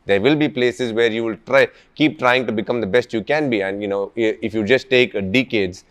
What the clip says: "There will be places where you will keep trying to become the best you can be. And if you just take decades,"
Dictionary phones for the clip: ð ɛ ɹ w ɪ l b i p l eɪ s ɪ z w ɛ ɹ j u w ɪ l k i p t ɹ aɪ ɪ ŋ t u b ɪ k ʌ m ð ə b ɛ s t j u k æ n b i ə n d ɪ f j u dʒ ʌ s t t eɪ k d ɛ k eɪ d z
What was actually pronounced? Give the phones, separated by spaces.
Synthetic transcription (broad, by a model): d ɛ ɹ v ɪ l b i p l eɪ s ɪ z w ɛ ɹ j u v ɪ l k i p t ɹ aɪ ɪ ŋ t u b ɪ k ʌ m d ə b ɛ s t j u k æ n b i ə n d ɪ f j u dʒ ʌ s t t eɪ k d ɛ k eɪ d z